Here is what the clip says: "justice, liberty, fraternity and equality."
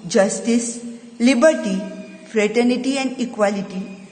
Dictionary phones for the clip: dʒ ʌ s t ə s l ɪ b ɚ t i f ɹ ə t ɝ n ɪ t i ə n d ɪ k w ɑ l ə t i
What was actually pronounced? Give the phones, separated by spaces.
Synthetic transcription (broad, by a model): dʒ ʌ s t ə s l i b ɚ t i f ɹ ə t ɝ n ɪ t i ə n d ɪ k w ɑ l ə t i